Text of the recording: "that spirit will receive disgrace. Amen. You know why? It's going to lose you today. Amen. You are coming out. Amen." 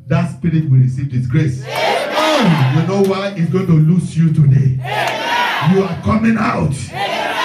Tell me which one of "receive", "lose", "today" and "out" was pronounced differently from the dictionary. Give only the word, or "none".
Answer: lose